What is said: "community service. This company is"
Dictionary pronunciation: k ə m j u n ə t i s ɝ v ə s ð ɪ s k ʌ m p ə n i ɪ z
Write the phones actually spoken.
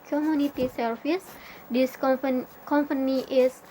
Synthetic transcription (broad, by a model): k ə m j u n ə t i s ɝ f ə s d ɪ s k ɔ m p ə n i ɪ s